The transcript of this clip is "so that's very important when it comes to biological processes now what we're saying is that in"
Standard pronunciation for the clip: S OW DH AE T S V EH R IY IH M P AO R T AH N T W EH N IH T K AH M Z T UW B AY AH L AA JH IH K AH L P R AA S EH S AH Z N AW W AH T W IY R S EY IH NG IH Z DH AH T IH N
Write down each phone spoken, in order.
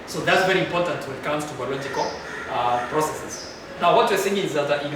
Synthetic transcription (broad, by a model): S OW DH AE T S V EH R IY IH M P AO R T AH N T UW IH T K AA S T UW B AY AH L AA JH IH K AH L P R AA S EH S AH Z N AW W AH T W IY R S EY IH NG IH Z DH AH T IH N